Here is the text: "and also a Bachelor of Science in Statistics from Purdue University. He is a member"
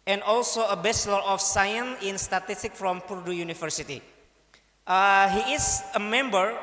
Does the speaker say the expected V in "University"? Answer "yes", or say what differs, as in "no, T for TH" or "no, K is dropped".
no, F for V